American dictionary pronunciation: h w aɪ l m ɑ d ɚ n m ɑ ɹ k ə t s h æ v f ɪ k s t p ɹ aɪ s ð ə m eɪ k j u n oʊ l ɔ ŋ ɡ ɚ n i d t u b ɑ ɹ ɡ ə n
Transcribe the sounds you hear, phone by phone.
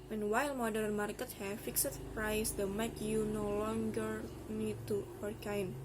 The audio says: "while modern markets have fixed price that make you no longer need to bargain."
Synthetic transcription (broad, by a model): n w aɪ l m ɑ d ɚ n m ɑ ɹ k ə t h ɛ f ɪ k s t p ɹ aɪ s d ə m eɪ k j u n oʊ l ɔ ŋ ɡ ɚ n i d t u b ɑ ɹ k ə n